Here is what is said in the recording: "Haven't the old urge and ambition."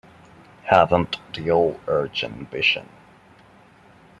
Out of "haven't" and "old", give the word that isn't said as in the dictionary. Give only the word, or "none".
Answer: old